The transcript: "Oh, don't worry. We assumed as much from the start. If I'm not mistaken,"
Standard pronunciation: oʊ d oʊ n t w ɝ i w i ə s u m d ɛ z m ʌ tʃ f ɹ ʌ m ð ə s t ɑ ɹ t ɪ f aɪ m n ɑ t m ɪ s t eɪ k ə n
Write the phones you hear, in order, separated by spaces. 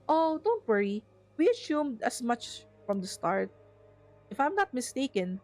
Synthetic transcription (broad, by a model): oʊ d oʊ n t w ɝ i w i ə s u m d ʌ s m ʌ tʃ f ɹ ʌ m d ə s t ɑ ɹ t ɪ f aɪ m n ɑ t m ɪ s t eɪ k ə n